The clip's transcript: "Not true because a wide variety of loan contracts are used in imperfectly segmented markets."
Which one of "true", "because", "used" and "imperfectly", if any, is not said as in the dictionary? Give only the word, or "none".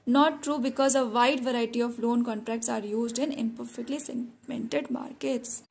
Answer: none